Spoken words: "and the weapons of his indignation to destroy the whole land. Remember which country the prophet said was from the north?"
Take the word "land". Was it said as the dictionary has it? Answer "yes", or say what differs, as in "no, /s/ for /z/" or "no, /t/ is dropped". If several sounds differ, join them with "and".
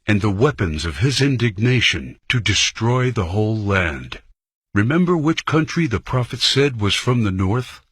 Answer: yes